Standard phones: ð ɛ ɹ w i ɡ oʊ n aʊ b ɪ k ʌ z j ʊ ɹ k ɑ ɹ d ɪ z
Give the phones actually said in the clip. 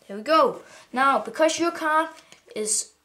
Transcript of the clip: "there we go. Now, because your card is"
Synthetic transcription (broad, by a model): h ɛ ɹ w i ɡ oʊ n aʊ b ɪ k ʌ z j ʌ ɹ k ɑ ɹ ɪ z